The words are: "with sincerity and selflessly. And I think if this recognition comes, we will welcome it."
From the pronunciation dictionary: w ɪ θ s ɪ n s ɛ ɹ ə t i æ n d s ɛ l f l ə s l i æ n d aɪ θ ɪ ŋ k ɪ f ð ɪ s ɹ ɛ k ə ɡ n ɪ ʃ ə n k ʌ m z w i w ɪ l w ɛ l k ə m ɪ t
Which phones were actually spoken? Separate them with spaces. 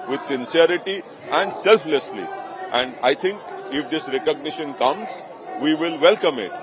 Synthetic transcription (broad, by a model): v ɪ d s ɪ n s ɛ ɹ ə t i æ n d s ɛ l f l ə s l i æ n d aɪ t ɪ ŋ k ɪ f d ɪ s ɹ ɛ k ə ɡ n ɪ ʃ ə n k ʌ m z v i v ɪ l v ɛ l k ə m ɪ t